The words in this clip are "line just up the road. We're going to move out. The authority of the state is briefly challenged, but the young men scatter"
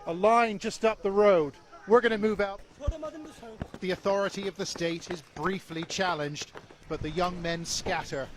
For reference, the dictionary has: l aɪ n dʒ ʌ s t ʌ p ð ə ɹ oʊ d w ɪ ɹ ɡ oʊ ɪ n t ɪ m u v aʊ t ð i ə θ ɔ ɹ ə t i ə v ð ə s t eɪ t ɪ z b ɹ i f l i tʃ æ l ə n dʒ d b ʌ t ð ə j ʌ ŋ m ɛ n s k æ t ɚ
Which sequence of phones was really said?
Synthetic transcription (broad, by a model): l aɪ n dʒ ʌ s t ʌ p ð ə ɹ oʊ d w ɪ ɹ ɡ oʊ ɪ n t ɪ m u v aʊ t ð i ə θ ɔ ɹ ə t i ə v ð ə s t eɪ t ɪ z b ɹ i f l i tʃ æ l ə n dʒ d b ʌ t ð ə j ʌ ŋ m ɛ n s k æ t ɚ